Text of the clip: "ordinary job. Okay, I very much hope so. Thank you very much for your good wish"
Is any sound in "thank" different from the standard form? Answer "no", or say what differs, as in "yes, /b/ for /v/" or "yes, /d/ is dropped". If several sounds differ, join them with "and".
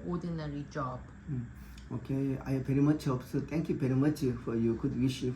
yes, /t/ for /θ/